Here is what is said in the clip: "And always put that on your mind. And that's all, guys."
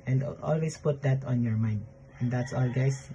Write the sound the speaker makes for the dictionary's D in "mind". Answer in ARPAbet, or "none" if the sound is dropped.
D